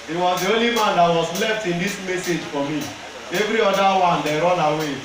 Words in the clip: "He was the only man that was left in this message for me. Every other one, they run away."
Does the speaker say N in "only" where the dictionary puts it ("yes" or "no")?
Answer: no